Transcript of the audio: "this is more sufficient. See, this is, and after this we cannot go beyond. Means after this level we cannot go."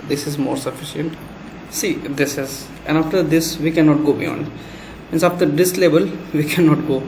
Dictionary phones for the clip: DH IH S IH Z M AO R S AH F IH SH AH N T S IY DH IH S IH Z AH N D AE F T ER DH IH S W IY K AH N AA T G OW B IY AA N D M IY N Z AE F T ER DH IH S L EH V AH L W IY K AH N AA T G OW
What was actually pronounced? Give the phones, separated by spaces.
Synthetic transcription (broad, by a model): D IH S IH Z M AO R S AH F IH SH AH N T S IY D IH S IH Z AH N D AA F T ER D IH S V IY K AH N AA T G OW B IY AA N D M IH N S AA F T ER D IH S L EH B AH L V IY K AH N AA T G OW